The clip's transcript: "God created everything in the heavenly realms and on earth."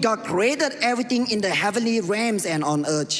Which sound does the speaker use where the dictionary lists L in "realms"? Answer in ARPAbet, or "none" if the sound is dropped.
none